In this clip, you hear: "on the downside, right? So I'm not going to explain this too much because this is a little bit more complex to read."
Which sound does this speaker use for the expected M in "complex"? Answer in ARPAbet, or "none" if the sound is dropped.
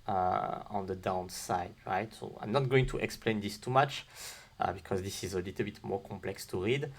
M